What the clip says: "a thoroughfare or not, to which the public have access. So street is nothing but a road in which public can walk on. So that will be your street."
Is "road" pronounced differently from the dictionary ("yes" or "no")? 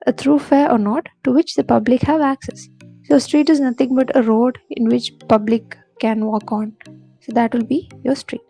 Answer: no